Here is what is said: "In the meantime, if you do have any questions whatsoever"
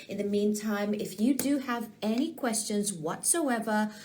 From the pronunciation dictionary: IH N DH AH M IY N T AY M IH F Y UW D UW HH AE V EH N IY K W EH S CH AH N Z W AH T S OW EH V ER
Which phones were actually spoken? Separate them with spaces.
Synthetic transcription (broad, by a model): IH N DH AH M IY N T AY M IH F Y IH D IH V EH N IY K W EH S CH AH N Z W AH T S OW EH V ER